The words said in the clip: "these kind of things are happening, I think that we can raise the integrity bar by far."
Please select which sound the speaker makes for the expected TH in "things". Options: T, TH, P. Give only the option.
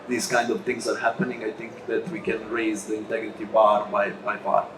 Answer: T